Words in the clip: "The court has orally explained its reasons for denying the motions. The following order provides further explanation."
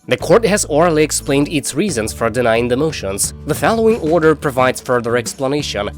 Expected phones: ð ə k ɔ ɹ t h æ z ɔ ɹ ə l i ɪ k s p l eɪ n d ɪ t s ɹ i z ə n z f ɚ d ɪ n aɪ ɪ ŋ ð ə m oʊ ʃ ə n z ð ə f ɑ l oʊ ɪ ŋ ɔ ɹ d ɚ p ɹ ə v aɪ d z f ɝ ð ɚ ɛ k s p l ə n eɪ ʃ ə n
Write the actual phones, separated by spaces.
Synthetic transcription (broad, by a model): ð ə k ɔ ɹ t h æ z ɔ ɹ ə l i ɪ k s p l eɪ n d ɪ t s ɹ i z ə n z f ɚ d ɪ n aɪ ɪ ŋ ð ə m oʊ ʃ ə n z ð ə f ɑ l oʊ ɪ ŋ ɔ ɹ d ɚ p ɹ ə v aɪ d z f ɝ ð ɚ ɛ k s p l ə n eɪ ʃ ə n